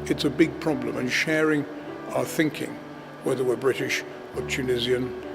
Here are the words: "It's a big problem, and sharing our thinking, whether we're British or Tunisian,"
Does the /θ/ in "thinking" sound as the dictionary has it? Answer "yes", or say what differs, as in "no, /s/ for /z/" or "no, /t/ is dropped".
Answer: yes